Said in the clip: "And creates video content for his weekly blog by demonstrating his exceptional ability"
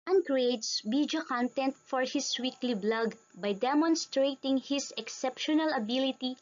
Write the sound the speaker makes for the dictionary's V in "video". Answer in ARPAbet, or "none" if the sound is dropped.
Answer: B